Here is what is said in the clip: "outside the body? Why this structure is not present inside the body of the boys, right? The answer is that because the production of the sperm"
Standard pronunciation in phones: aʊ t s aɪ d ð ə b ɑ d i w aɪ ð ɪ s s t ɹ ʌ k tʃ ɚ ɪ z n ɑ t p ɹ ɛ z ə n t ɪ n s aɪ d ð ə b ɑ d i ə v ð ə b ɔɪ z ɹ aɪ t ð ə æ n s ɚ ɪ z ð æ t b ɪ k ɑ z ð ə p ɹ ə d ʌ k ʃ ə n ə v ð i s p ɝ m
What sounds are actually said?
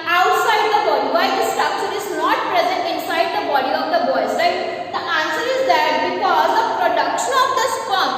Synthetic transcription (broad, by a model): aʊ t s aɪ d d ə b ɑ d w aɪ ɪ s s t ɹ ʌ k tʃ ɚ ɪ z n ɑ t p ɹ ɛ z ə n t ɪ n s aɪ d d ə b ɑ d i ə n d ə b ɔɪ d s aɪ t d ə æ n s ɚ ɪ z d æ t b ɪ k ɑ z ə p ɹ ə d ʌ k ʃ ə n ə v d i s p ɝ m